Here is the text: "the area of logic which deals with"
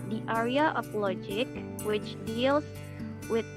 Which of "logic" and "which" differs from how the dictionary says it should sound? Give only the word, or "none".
none